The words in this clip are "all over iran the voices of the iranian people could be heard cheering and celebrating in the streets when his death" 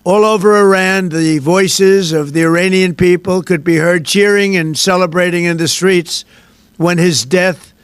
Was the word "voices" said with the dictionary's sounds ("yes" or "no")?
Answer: yes